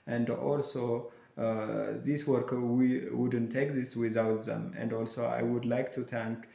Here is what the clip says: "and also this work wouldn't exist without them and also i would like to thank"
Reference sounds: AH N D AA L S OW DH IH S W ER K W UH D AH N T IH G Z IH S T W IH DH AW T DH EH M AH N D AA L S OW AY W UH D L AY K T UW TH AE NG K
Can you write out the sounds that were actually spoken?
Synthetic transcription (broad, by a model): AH N D AA L S OW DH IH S W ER K W UH D AH N T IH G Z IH S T W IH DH AW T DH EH M AH N D AA L S OW AY W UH D L AY K T UW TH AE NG K